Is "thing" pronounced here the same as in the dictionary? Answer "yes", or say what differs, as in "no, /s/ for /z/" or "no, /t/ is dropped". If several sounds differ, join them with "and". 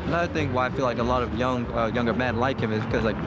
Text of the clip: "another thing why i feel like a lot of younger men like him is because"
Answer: yes